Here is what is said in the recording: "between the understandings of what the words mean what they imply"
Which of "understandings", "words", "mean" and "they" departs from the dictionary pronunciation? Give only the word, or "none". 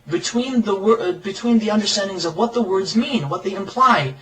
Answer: none